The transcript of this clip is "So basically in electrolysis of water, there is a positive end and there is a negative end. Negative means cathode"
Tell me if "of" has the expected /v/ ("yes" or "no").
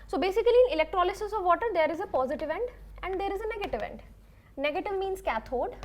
yes